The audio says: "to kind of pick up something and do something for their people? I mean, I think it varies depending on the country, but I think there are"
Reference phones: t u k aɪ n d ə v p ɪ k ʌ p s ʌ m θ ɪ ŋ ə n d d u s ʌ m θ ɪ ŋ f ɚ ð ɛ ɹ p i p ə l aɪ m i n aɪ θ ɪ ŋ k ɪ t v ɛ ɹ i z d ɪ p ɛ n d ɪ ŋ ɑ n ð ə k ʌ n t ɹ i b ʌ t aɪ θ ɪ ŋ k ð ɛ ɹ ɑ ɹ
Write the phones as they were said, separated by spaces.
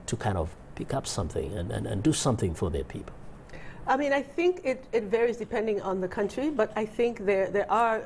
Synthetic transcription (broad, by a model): t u k aɪ n d ə v p ɪ k ʌ p s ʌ m θ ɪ ŋ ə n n d u s ʌ m θ ɪ ŋ f ɚ ð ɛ ɹ p i p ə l aɪ m i n aɪ θ ɪ ŋ k ɪ t v ɛ ɹ i z d ɪ p ɛ n d ɪ ŋ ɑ n ð ə k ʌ n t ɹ i b ʌ t aɪ θ ɪ ŋ k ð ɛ ɹ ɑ ɹ